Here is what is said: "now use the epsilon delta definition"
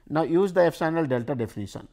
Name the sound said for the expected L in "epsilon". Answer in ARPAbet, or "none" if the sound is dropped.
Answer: N